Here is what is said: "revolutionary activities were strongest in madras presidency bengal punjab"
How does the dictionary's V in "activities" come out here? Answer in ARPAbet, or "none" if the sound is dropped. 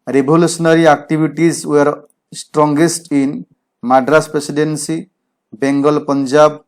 B